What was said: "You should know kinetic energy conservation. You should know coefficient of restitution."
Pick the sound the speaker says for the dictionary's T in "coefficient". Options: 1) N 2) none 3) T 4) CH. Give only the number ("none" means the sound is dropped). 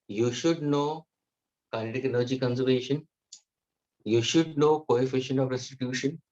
2